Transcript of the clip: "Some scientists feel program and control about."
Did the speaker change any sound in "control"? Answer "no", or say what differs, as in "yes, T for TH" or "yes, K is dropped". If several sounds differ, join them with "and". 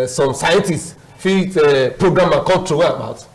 yes, W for L